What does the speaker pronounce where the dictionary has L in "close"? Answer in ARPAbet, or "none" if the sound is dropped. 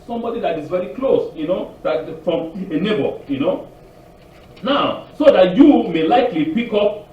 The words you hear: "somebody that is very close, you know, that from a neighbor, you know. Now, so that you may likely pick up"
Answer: L